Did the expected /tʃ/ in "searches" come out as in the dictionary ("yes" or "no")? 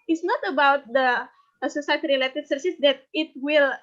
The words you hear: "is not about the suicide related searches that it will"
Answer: no